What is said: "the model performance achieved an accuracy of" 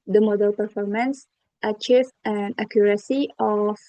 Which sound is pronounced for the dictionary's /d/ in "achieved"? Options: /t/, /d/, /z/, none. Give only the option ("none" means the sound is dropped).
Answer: none